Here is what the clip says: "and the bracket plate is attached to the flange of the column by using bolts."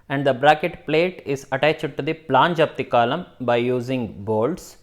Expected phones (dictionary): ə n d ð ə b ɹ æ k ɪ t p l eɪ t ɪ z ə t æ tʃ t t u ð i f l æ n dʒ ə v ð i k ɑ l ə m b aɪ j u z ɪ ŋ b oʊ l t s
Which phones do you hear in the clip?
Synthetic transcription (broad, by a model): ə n d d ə b ɹ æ k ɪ t p l eɪ t ɪ z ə t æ tʃ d t u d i p l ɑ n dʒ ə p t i k ɑ l ə m b aɪ j u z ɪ ŋ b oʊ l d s